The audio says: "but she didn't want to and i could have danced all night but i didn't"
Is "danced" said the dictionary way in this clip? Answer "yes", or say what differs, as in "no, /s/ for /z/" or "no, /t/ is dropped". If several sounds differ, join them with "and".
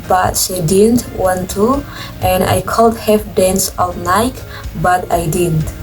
no, /t/ is dropped